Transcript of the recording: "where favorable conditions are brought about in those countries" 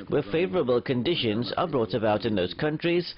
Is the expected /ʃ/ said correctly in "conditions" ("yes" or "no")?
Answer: yes